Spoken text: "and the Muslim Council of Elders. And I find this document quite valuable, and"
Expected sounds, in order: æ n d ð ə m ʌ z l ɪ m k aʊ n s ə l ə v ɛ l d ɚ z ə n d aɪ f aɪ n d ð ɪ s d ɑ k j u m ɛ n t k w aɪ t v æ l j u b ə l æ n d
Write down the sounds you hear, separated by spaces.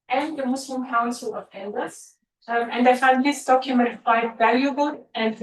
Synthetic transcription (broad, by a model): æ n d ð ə m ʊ s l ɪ m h aʊ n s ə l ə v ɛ n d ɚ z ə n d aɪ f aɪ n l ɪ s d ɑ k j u m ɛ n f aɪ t v æ l j u b ə l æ n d